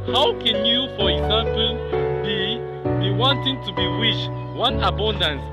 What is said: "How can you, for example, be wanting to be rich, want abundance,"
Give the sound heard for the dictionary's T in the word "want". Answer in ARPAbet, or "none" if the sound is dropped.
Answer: none